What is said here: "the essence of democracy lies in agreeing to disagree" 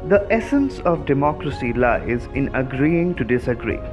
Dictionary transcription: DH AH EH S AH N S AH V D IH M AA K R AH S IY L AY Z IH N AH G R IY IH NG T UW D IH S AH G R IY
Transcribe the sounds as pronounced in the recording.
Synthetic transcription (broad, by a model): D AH EH S AH N S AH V D IH M AA K R AH S IY L AY Z IH N AH G R IY IH NG T UW D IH S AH G R IY